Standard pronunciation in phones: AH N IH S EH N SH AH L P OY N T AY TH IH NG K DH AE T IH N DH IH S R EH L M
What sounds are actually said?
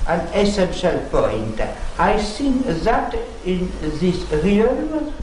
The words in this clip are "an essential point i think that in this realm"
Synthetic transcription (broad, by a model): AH N IH S EH N SH AH L P OY N T AY S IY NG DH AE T IH N DH IH S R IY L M